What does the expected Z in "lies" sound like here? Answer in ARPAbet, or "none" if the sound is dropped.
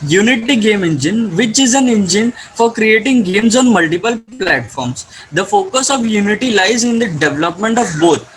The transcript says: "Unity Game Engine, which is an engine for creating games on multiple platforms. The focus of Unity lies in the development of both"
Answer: Z